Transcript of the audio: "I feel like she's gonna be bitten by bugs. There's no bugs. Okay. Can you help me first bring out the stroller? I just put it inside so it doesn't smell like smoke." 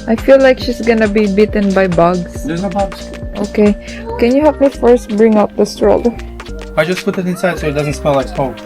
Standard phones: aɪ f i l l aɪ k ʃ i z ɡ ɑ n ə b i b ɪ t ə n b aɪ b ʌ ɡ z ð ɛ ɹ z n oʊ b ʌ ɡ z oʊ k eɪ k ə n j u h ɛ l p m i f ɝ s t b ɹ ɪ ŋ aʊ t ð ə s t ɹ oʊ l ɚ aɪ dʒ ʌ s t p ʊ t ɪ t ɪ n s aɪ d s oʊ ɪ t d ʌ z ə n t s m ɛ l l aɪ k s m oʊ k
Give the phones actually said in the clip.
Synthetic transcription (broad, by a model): aɪ f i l l aɪ k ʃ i s ɡ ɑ n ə b i b ɪ t ə n b aɪ b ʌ ɡ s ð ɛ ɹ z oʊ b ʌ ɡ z oʊ k eɪ k ə n j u h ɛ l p m i f ɝ s t b ɹ ɪ ŋ aʊ t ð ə s t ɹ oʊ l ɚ aɪ dʒ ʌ s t p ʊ t ɪ t ɪ n s aɪ d s oʊ ɪ t d ʌ z ə n t s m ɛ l l aɪ k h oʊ